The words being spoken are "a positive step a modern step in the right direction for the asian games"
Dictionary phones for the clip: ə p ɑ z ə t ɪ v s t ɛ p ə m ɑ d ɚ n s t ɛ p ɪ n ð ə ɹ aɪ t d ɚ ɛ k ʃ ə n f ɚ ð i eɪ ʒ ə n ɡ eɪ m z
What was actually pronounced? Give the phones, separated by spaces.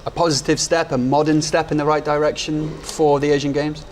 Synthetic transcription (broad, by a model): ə p ɑ z ə t ɪ v s t ɛ p ə m ɑ d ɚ n s t ɛ p ɪ n ð ə ɹ aɪ t d ɚ ɛ k ʃ ə n f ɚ ð i eɪ ʒ ə n ɡ eɪ m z